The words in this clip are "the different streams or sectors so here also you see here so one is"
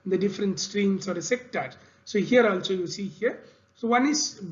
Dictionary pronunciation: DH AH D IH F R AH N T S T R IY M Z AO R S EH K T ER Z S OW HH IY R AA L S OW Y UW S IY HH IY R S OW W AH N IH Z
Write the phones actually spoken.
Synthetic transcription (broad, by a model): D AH D IH F R AH N T S T R IY M S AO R S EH K T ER S OW HH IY R AA L S OW Y UW S IY HH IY R S OW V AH N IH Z